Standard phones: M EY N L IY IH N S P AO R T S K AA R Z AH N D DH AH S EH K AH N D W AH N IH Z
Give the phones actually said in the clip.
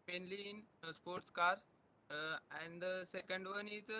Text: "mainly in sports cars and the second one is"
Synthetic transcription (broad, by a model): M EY N L IY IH N S P AO R T S K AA R AH N D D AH S EH K AH N D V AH N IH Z